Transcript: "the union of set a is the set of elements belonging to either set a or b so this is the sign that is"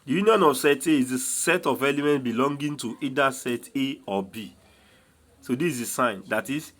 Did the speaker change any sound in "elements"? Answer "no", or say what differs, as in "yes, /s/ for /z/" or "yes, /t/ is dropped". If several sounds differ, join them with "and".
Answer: yes, /s/ is dropped